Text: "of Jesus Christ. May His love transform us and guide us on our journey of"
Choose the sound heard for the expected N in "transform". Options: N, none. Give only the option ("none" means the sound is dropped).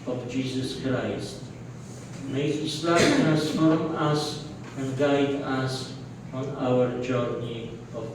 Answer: none